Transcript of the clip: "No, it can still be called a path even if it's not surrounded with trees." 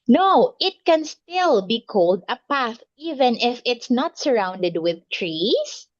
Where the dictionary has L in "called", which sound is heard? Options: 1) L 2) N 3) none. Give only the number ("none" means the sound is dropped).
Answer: 1